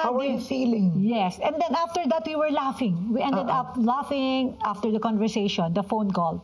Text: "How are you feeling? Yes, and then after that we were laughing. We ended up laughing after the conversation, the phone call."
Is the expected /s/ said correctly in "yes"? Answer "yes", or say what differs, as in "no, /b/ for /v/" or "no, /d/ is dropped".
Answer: yes